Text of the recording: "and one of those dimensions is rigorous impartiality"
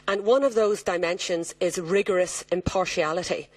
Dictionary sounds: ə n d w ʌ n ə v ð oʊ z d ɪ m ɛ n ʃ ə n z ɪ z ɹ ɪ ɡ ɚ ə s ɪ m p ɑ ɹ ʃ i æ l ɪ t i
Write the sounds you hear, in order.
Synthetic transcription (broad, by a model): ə n w ʌ n ə v ð oʊ z d ɪ m ɛ n ʃ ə n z ɪ z ɹ ɪ ɡ ɚ ə s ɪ m p ɑ ɹ ʃ i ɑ l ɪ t i